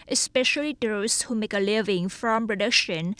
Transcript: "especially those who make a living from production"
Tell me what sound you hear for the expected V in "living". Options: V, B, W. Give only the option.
V